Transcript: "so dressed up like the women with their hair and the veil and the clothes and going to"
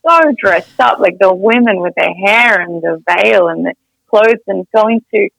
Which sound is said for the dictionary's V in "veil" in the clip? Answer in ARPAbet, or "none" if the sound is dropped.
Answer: V